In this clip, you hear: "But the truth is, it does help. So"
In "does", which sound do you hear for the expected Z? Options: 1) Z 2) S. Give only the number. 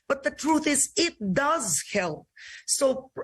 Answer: 1